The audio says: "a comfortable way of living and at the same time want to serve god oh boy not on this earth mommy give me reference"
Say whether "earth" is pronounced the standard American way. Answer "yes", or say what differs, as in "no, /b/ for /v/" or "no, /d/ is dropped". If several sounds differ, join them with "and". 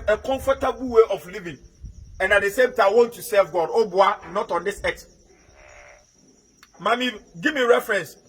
no, /s/ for /θ/